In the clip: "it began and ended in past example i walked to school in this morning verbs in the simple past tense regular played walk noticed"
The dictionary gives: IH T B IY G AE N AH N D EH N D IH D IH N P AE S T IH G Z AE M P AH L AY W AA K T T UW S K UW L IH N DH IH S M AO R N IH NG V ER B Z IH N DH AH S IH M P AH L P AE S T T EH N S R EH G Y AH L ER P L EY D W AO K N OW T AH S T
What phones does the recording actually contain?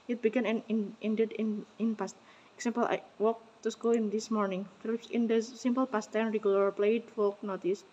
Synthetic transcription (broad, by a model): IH T B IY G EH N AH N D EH N D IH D IH N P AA S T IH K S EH M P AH L AY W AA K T T UW S K UW L IH N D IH S M AO R N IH NG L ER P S IH N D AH S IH M P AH L P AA S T T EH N R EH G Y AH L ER P L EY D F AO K N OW T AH S